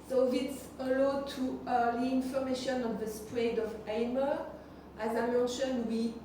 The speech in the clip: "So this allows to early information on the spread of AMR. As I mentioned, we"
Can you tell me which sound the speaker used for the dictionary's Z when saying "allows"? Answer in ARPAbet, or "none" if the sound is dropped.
none